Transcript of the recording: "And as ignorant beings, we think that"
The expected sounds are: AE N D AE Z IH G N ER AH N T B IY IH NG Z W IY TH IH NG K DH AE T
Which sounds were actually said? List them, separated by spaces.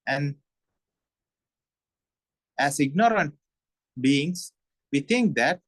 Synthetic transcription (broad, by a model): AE N D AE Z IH G N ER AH N T B IY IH NG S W IY T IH NG K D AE T